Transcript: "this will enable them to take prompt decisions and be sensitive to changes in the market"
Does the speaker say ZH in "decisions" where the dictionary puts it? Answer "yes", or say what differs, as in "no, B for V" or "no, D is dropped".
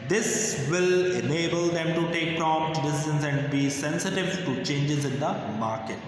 no, Z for ZH